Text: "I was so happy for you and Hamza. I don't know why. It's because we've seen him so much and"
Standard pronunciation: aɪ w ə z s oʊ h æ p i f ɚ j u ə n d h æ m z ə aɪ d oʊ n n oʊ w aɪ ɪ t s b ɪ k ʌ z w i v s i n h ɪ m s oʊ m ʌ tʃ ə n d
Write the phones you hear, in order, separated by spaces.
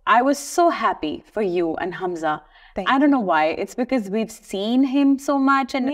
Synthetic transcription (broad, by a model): aɪ w ə z s oʊ h æ p i f ɚ j u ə n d h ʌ m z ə aɪ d oʊ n n oʊ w aɪ ɪ t s b ɪ k ʌ z w i v s i n h ɪ m s oʊ m ʌ tʃ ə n